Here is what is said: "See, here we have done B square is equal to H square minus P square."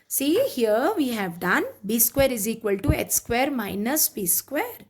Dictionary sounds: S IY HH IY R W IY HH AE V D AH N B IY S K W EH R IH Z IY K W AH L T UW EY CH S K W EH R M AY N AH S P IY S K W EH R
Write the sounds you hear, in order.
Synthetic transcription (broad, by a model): S IY HH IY R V IY HH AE V D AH N B IY S K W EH R IH Z IY K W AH L T UW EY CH S K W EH R M AY N AH S B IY S K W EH R